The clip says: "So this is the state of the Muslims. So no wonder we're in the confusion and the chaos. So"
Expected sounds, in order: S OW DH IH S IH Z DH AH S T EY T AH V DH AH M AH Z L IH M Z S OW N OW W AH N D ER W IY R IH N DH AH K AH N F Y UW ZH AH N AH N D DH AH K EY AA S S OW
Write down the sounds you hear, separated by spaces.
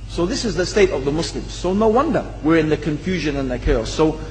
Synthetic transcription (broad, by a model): S OW DH IH S IH Z DH AH S T EY T AH V DH AH M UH S L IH M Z S OW N OW W AH N D ER W IY R IH N DH AH K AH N F Y UW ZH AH N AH N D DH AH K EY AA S S OW